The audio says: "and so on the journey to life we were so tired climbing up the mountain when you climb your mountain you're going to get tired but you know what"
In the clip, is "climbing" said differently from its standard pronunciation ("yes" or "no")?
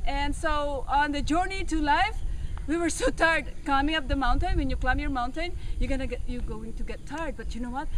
yes